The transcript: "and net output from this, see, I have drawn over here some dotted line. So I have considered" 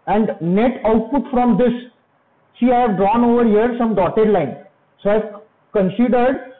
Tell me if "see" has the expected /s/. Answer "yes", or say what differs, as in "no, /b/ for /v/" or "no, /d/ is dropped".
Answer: no, /ʃ/ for /s/